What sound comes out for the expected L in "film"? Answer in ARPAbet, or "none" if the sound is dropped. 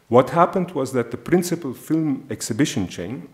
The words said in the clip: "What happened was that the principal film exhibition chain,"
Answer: L